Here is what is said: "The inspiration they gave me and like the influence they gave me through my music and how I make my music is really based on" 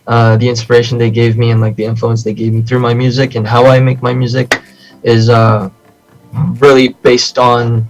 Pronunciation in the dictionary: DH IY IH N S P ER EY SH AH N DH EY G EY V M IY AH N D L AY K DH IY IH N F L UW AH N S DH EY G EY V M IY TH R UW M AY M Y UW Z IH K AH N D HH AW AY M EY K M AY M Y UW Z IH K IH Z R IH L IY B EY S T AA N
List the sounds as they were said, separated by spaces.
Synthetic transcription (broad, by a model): DH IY IH N S P ER EY SH N DH EY G EY V M IY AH N L AY K DH IY IH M F L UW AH N S DH EY G EY V M IY TH R UW M AY M Y UW Z IH K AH N HH AW AY M EY K M AY M Y UW Z IH K IH Z R IH L IY B EY S T N